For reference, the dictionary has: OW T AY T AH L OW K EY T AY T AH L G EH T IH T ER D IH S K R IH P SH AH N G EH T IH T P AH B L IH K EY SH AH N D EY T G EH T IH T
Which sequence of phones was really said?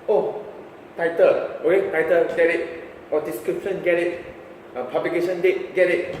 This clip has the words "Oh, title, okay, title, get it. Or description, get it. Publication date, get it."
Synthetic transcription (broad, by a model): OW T AY T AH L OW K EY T AY T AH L G EH T IH T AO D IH S K R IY P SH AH N G EH T IH T P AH B L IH K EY S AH N D EY T G EH T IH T